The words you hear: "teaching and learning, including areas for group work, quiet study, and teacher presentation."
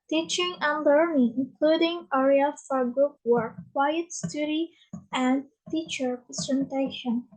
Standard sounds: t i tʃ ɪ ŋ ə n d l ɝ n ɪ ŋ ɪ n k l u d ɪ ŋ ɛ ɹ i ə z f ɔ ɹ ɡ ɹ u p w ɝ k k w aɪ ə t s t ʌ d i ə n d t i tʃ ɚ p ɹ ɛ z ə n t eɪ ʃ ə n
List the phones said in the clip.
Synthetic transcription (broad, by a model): t i tʃ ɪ ŋ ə n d l ɝ n ɪ ŋ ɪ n k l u d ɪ ŋ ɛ ɹ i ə f ɔ ɹ ɡ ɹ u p w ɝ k k w aɪ ə t s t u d i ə n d t i tʃ ɚ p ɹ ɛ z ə n t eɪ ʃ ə n